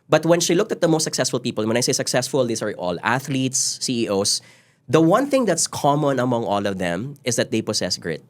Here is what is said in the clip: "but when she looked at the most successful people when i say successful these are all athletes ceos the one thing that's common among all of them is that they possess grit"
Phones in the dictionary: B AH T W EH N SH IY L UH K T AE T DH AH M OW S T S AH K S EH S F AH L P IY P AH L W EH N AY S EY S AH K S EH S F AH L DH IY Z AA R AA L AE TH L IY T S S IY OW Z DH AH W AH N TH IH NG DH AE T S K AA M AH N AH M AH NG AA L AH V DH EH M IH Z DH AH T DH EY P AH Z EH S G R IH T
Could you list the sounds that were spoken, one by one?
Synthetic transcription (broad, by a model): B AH T W EH N SH IY L UH K T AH T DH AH M OW S T S AH K S EH S F AH L P IY P AH L W EH N AY S EY S AH K S EH S F AH L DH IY S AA R AA L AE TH L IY T S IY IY OW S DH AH W AH N TH IH NG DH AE T S K AA M AH N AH M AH NG AA L AH V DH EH M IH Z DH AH T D EY P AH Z EH S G R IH T